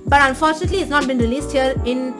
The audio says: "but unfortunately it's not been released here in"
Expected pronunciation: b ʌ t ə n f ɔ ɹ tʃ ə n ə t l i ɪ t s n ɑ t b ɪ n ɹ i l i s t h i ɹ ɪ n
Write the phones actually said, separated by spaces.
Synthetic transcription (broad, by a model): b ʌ t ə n f ɔ ɹ tʃ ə n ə t l i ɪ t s n ɑ t b ɪ n ɹ i l i s t h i ɹ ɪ n